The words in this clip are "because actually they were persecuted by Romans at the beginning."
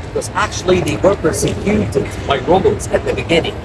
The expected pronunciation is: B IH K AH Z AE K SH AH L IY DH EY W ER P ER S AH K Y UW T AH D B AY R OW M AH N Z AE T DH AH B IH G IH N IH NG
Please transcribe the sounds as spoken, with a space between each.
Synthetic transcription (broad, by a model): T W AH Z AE K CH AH L IY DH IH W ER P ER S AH Y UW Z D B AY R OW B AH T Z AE T DH AH B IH G IH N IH NG